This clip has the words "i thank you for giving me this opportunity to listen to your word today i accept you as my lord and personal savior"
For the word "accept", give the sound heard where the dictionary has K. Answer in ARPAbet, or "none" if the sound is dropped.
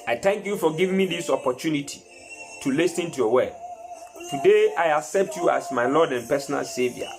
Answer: K